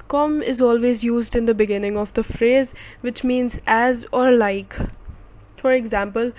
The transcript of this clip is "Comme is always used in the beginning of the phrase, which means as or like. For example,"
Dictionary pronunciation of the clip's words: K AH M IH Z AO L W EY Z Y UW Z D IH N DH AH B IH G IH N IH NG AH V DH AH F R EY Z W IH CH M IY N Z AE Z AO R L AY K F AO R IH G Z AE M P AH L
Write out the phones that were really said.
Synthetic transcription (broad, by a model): K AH M IH Z AO L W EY Z Y UW Z D IH N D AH B IH G IH N IH NG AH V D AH F R EY Z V IH CH M IY N Z AE Z AO R L AY K F AO R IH G Z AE M P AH L